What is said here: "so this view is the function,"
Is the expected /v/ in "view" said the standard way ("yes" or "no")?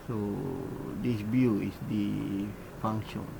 no